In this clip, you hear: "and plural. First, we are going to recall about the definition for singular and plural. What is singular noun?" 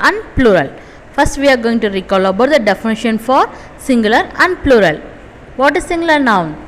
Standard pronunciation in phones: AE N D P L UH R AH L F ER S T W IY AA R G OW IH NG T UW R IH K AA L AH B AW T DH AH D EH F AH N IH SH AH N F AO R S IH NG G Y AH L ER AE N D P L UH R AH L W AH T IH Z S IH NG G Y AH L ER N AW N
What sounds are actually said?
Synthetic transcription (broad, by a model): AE N D P L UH R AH L F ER S T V IY AA R G OW IH NG T UW R IH K AA L AH B AW T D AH D EH F AH N IH SH AH N F AO R S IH NG G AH L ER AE N D P L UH R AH L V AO T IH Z S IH NG G L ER N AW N